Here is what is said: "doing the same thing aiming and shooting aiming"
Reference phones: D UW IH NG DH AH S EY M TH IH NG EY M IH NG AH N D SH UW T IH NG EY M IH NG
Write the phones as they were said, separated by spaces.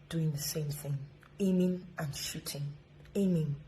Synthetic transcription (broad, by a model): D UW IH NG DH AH S EY M TH IH NG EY M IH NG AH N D SH UW T IH NG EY M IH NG